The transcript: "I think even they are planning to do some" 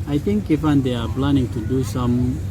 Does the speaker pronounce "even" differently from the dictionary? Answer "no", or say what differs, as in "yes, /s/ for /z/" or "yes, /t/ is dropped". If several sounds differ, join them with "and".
yes, /f/ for /v/